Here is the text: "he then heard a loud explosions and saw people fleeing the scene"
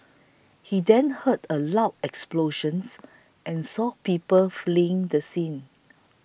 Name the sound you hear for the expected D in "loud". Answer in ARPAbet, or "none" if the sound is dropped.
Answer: none